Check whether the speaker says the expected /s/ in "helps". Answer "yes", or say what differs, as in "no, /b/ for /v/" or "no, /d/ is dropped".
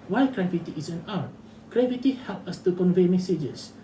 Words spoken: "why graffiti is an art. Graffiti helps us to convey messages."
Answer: no, /s/ is dropped